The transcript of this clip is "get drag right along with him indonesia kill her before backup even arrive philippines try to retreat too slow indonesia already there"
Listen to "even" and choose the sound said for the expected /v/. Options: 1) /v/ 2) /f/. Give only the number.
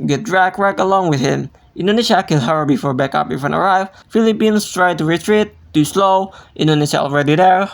2